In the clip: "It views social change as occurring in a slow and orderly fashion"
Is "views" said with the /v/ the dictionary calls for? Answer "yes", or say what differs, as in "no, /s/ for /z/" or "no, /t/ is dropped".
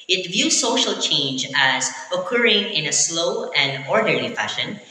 yes